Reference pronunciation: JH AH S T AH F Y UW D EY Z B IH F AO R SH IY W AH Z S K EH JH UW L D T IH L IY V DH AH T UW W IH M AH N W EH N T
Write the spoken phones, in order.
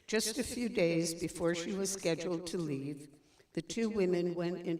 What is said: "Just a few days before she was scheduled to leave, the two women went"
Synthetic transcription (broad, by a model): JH AH S T AH F Y UW D EY Z B IH F AO R SH IY W AH Z S K EH JH L D T IH L IY V DH AH T UW W IH M AH N W EH N T